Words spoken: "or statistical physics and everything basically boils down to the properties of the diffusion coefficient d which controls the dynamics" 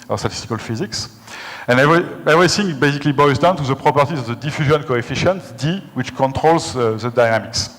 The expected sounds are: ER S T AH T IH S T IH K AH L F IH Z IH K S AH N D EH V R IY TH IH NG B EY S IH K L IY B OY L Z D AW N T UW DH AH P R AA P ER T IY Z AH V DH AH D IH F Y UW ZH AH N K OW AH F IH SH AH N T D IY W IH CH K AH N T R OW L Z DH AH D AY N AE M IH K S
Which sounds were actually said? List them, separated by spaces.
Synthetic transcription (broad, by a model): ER S T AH T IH S T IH K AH L F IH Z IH K S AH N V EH V R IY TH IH NG B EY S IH K L IY B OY Z D AW N T UW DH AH P R AA P ER T IY Z AH V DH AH D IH F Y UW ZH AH N K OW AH F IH SH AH N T D IY W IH CH K AH N T R OW L Z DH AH D AY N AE M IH K S